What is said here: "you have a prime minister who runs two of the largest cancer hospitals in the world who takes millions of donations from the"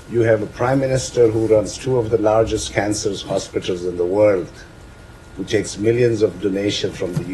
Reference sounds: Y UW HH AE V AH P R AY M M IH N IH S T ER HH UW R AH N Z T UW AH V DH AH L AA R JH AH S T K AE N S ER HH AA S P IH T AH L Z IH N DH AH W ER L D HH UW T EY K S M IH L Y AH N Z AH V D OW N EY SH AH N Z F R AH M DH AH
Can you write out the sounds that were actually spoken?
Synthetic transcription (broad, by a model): Y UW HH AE V AH P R AY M M IH N IH S T ER HH UW R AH N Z T UW AH V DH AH L AA R JH AH S T K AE N S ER HH AA S P IH T AH L Z IH N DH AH W ER L D HH UW T EY K S M IH L Y AH N Z AH V D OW N EY SH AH N F R AH M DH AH